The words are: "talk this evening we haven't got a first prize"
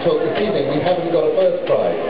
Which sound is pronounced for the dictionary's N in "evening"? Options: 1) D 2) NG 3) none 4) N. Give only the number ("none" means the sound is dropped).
3